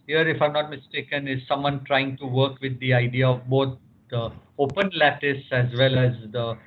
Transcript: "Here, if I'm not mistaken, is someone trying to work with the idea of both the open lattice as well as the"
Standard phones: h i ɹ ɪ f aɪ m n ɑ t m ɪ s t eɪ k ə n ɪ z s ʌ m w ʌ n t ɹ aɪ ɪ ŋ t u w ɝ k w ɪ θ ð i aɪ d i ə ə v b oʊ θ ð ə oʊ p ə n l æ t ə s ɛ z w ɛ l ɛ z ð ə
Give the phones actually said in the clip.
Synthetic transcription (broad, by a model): h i ɹ ɪ f aɪ m n ɑ t m ɪ s t eɪ k ə n ɪ z s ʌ m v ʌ n t ɹ aɪ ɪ ŋ t u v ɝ k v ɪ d i aɪ d i ə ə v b oʊ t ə oʊ p ə n l æ t ə s ɛ z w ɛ l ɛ z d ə